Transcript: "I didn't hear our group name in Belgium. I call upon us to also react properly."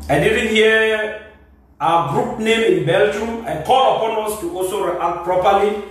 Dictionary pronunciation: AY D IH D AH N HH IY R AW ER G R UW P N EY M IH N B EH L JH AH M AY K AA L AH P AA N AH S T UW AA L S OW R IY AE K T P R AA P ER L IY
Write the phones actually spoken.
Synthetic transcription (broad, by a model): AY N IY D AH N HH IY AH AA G R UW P N EY M IH N B EH L JH AH M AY K AA L AH P AA N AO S T UW AA L S OW R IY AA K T P R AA P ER L IY